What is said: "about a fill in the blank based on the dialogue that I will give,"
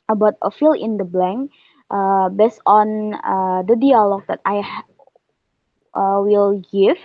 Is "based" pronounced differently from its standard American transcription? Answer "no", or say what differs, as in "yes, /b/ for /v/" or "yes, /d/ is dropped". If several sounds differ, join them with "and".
no